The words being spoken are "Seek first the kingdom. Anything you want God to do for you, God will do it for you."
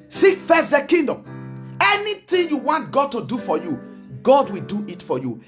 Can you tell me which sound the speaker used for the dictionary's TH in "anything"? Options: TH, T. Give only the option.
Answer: T